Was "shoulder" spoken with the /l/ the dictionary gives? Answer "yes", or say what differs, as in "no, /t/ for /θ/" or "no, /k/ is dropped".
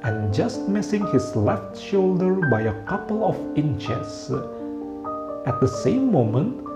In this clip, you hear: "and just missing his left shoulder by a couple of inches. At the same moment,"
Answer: yes